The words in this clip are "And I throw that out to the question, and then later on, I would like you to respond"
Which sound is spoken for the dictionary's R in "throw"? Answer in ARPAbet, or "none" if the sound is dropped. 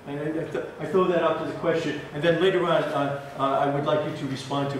none